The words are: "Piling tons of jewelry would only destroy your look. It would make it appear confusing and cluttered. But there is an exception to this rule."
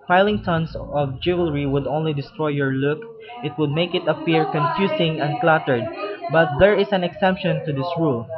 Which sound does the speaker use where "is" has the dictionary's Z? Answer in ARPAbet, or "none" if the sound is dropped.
S